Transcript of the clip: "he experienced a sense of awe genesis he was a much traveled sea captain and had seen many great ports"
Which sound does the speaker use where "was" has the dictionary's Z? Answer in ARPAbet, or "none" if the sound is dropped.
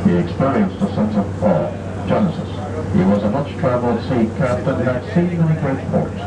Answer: Z